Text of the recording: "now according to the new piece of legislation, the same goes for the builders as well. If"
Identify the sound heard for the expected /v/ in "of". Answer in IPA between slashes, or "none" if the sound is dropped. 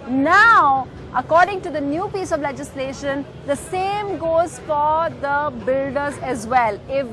/v/